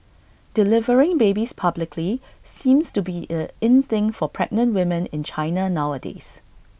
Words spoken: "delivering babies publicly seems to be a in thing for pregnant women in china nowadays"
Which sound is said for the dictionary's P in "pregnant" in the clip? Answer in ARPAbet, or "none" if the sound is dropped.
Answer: P